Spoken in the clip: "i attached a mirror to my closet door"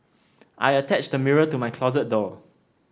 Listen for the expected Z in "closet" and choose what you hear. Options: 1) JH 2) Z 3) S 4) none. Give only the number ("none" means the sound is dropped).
2